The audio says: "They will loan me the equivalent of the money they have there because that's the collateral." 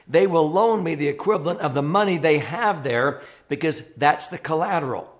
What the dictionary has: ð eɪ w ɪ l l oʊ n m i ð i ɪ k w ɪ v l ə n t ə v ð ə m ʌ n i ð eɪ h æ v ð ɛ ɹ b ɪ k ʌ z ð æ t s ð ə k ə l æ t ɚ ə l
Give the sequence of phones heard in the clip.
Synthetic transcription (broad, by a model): ð eɪ w ɪ l l oʊ n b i ð i ɪ k w ɪ v l ə n t ə v ð ə m ʌ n i ð eɪ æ v ð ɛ ɹ b ɪ k ʌ z ð æ t s ð ə k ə l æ t ɚ l